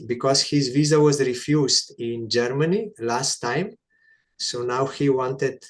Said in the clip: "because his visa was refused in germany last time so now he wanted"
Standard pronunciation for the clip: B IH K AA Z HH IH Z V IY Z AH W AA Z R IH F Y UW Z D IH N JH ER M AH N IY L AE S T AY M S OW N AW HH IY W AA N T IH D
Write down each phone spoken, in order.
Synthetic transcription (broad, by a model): B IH K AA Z HH IH Z V IY Z AH W AA Z R IH F Y UW Z D IH N JH ER M AH N IY L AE S T AY M S OW N AW HH IY W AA N T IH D